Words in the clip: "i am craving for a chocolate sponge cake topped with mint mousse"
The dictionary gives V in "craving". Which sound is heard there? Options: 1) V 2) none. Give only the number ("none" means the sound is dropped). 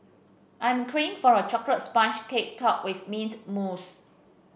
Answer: 2